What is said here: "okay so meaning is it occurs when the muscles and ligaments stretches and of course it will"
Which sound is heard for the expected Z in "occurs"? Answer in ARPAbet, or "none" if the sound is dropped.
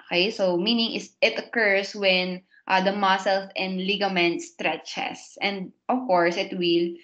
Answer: S